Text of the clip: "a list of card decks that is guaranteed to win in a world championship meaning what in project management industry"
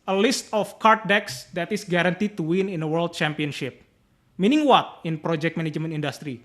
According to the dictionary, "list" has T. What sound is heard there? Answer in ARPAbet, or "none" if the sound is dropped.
T